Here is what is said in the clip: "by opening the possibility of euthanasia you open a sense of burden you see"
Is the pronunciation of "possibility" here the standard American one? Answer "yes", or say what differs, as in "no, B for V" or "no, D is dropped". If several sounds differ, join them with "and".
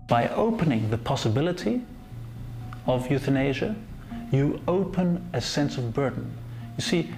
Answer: yes